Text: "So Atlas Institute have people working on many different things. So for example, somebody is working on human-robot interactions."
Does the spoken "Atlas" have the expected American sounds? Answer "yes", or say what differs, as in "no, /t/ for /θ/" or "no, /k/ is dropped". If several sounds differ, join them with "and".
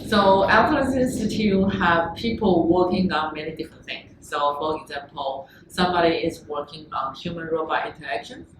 no, /n/ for /l/